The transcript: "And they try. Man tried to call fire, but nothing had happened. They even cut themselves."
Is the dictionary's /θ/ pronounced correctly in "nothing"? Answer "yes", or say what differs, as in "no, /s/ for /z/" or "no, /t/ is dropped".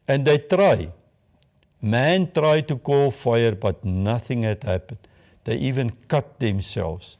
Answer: yes